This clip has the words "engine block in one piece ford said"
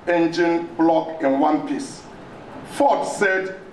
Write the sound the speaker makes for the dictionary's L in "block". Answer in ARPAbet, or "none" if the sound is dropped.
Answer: L